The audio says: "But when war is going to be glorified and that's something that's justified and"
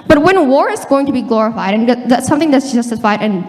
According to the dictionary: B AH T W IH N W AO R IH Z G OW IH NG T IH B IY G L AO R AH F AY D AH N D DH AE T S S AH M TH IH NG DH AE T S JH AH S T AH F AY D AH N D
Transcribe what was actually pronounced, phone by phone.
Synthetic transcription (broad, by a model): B AH T W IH N W AO R IH Z G OW IH NG T IH B IY G L AO R AH F AY D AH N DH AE T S S AH M TH IH NG DH AE T S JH AH S T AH F AY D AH N